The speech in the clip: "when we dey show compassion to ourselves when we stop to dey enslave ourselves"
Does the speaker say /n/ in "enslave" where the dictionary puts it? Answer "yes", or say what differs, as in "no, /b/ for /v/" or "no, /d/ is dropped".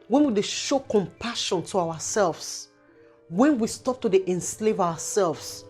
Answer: yes